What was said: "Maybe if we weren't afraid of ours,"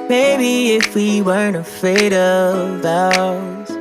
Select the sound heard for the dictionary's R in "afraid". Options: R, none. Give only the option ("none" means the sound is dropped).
none